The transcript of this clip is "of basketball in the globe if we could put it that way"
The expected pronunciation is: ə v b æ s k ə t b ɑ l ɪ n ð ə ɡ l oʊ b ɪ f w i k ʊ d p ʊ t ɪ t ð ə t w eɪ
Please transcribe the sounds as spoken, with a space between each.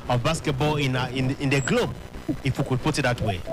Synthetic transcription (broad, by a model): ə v b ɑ s k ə t b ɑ n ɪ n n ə ɡ l oʊ b ɪ f w i k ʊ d p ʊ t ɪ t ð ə t w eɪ